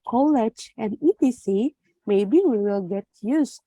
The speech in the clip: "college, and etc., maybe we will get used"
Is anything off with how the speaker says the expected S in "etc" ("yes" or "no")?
yes